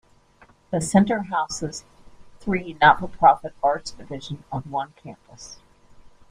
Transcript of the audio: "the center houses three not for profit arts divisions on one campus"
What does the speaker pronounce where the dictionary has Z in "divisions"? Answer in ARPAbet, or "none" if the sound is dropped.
none